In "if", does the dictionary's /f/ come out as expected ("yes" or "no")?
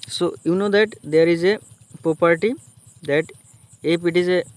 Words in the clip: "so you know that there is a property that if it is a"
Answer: no